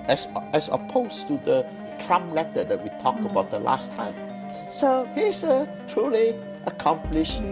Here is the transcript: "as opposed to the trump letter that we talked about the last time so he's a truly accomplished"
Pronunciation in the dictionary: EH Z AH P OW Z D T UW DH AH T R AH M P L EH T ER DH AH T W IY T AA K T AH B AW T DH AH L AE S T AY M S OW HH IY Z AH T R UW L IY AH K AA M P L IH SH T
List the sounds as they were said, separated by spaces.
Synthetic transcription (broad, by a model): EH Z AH P OW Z T UW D AH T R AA M L EH T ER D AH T W IY T AA K T AH B AW T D AH L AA S T AY M S OW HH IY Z AH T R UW L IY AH K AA M P L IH SH